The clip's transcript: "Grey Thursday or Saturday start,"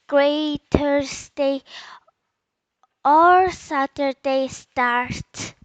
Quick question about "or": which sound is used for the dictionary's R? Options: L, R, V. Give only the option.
R